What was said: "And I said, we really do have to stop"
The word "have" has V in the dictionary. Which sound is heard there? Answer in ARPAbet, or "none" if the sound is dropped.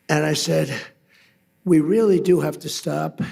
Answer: F